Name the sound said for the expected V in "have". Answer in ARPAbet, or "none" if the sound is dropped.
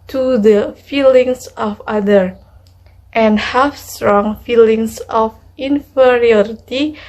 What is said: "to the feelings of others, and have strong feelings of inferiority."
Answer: F